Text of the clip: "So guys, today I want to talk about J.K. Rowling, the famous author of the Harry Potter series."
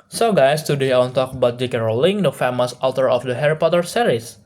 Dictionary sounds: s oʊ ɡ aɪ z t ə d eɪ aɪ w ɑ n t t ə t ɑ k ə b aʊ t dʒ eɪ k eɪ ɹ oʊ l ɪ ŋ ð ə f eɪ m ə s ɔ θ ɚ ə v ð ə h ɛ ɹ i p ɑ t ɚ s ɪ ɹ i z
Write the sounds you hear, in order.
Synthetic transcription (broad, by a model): s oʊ ɡ aɪ s t ə d eɪ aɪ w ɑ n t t t ɑ k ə b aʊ t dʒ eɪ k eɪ ɹ oʊ l ɪ ŋ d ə f eɪ m ə s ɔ t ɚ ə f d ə h ɛ ɹ i p ɑ t ɚ s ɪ ɹ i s